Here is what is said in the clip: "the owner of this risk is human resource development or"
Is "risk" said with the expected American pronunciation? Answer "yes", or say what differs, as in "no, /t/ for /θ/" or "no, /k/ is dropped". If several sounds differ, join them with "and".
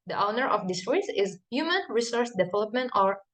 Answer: no, /k/ is dropped